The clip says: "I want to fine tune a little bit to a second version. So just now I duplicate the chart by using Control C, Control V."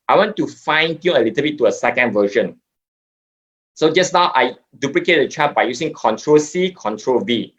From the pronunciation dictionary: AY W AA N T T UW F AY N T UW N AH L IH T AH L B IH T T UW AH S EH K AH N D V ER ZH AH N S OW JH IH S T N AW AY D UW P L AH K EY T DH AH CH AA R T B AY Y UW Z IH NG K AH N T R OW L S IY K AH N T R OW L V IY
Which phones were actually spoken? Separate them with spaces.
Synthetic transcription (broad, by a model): AY W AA N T T UW F AY N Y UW AH L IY T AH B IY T T UW AH S EH K AH N D V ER SH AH N S OW JH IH S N AW AY D UW P L AH K EY T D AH CH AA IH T B AY Y UW S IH NG K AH N T R OW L S IY K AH N T R OW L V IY